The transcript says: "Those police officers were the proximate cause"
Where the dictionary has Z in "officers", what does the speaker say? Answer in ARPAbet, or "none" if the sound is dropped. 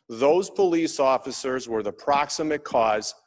Z